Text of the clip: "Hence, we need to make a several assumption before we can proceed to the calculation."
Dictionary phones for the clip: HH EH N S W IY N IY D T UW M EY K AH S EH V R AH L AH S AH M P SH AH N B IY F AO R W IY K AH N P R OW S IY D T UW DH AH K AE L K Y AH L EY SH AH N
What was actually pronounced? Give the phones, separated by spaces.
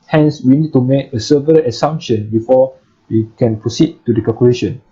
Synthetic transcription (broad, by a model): HH EH N S W IY N IY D T UW M EY K AH S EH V AH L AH S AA M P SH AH N B IY F AO W IY K AH N P R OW S IY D T UW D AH K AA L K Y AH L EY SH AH N